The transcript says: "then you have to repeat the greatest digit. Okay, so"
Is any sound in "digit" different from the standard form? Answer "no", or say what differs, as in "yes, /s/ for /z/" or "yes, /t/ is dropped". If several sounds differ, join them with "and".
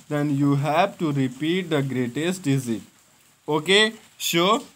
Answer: yes, /z/ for /dʒ/